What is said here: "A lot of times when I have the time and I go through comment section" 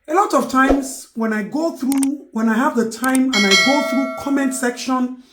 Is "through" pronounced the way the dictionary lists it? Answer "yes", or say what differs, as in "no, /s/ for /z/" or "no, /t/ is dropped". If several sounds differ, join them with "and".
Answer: yes